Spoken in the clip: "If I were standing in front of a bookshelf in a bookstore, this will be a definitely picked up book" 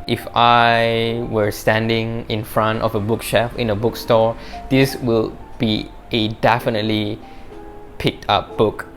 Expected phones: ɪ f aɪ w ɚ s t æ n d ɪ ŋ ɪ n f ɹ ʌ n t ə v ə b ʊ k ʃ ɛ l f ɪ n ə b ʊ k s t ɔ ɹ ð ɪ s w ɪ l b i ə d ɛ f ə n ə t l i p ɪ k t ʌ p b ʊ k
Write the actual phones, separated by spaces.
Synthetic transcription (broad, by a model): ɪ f aɪ w ɚ s t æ n d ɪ ŋ ɪ n f ɹ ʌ n t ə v ə b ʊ k ʃ ɛ f ɪ n ə b ʊ k s t ɔ ɹ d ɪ s w ɪ l b i ə d ɛ f ə n ə t l i p ɪ k t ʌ p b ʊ k